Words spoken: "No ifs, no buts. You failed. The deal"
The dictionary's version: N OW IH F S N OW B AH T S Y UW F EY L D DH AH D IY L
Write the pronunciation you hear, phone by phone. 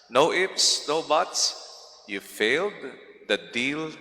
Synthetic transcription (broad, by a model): N OW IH P S N OW B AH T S Y UW F EY L D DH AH D IY L